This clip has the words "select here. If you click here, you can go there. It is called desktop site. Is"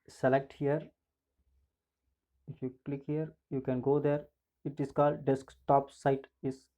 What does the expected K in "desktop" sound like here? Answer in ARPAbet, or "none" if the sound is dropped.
K